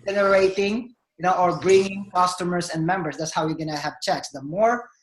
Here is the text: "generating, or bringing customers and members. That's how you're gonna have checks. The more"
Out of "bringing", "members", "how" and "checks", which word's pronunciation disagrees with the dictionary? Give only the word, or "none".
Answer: members